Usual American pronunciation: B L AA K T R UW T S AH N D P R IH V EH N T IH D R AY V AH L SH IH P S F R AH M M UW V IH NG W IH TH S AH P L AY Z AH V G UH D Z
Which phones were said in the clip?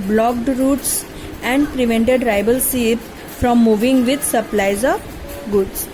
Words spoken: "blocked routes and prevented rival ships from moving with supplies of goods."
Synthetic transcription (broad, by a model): B L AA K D R UW T S AH N D P R IH V EH N T IH D R AY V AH L S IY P F R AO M M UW V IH NG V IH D S AH P L AY Z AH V G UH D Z